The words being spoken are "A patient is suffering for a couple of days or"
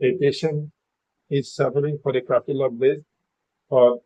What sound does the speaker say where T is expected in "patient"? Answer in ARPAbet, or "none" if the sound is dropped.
none